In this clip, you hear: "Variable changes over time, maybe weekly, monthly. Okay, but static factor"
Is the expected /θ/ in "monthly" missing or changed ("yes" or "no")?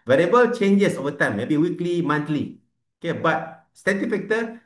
yes